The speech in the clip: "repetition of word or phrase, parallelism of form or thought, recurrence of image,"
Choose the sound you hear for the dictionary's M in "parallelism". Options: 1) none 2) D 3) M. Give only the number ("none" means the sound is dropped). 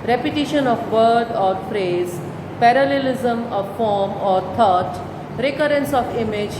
3